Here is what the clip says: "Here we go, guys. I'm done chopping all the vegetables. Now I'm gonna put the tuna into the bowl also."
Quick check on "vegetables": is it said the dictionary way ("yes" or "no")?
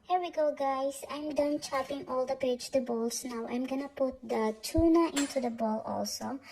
no